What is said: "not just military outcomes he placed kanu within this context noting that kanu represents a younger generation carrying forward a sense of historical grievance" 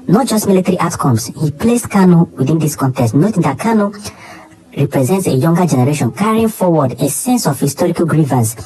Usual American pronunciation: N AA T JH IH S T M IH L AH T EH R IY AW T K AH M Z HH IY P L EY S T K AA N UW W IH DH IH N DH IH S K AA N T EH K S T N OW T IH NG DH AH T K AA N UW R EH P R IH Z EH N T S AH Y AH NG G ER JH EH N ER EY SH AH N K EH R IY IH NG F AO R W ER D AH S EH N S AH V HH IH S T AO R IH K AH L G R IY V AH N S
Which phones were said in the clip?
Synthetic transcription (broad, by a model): N AA T JH IH S T M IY L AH T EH R IY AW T K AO M S HH IY P L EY S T K AA N UW W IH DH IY N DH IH S K AA N T EH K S T N OW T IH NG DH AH T K AA N UW R EH P R IH Z EH N T S AH Y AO NG G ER JH EH N ER EY SH AH N K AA R IY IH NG F AO W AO D AH S EH N S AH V HH IH S T AO R IH K AH L G R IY V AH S